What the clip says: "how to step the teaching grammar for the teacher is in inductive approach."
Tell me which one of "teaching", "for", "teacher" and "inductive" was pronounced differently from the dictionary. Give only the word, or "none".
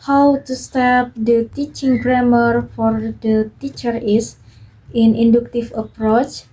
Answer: inductive